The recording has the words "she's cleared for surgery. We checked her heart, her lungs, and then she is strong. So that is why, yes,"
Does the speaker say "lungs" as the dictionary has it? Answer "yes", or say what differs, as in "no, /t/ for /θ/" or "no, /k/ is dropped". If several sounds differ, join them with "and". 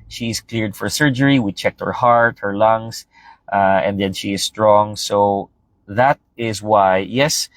no, /s/ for /z/